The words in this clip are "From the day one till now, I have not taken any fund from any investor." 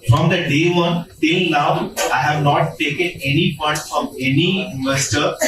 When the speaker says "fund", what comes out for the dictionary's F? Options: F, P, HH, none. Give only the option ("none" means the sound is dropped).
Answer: P